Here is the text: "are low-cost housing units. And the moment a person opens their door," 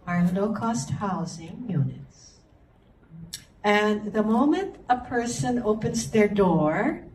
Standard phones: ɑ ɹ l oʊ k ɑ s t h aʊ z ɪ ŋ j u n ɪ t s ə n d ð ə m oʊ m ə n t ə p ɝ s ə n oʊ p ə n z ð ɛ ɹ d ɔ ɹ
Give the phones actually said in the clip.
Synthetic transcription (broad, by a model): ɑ ɹ n oʊ k ɑ s t h aʊ z ɪ ŋ j u n ɪ t s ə n ð ə m oʊ m ə n t ə p ɝ s ə n oʊ p ə n z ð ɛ ɹ d ɔ ɹ